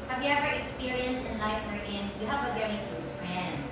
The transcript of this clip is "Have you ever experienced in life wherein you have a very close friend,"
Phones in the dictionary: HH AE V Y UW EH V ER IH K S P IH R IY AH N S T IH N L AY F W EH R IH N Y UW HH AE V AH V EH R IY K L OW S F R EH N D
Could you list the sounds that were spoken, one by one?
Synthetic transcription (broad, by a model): HH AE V Y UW EH V ER IH K S P IH R IY AH N S T IH N L AY F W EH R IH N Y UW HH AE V AH V EH R IY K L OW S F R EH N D